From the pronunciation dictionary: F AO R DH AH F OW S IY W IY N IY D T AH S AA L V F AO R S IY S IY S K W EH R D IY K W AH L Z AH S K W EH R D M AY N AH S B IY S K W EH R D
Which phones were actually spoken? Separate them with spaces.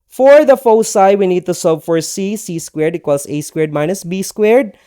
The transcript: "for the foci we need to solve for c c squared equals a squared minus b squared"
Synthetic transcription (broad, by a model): F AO R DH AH F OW S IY W IY N IY D T AH S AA V F AO R S IY S IY S K W EH R D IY K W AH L S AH S K W EH R D M AY N AH S B IY S K W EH R D